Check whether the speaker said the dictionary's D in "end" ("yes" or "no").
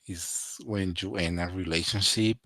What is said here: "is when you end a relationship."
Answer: no